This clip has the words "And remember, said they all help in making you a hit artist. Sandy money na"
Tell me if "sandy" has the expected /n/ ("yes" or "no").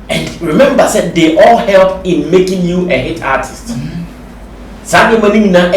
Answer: no